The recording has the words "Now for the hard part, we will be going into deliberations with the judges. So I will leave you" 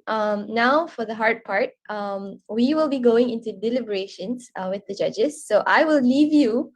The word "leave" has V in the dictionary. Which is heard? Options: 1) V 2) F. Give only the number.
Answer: 1